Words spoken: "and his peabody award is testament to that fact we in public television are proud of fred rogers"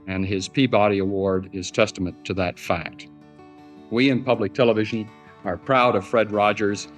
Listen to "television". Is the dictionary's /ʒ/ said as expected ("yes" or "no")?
yes